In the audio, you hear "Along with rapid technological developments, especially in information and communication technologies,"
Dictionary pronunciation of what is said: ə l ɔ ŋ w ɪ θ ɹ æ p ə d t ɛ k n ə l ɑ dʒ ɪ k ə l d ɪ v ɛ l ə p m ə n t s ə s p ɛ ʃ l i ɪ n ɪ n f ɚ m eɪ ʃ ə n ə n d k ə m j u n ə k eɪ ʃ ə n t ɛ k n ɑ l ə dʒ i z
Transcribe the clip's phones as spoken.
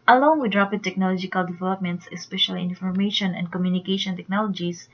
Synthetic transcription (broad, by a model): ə l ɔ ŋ w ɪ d ɹ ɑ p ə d t ɛ k n ə l ɑ dʒ ɪ k ə l d ɪ v ɛ l ə p m ə n t s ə s p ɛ ʃ i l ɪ n f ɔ m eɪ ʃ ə n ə n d k ə m j u n ə k eɪ ʃ ə n t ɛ k n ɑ l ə dʒ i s